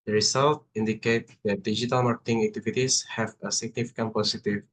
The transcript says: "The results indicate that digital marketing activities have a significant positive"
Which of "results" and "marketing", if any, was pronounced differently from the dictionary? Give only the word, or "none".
results